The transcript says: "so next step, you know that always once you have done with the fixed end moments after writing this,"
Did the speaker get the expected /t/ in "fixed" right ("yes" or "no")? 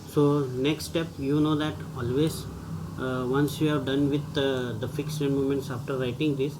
no